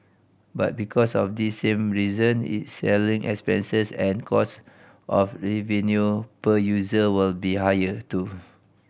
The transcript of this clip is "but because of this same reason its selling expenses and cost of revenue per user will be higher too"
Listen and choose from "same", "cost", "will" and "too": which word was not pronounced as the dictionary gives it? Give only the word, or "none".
none